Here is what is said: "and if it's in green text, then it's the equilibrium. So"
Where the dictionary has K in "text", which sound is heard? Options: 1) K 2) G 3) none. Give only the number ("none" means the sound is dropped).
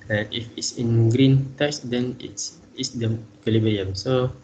3